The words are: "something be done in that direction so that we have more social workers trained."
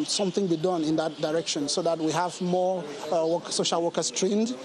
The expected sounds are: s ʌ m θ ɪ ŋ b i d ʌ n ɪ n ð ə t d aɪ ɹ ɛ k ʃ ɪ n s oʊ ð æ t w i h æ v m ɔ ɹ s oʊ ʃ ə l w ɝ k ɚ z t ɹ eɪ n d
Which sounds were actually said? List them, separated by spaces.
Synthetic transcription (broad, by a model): s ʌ m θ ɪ ŋ b i d ʌ n ɪ n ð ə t d aɪ ɹ ɛ k ʃ ɪ n s oʊ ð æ t w i h æ v m ɔ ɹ s oʊ ʃ ə l w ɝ k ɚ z t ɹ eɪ n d